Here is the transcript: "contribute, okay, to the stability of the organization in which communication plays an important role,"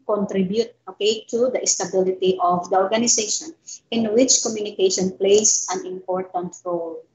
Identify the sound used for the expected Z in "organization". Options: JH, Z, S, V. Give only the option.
S